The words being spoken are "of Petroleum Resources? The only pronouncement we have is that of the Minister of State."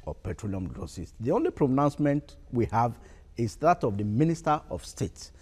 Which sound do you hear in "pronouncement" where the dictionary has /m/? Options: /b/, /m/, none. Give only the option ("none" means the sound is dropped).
/m/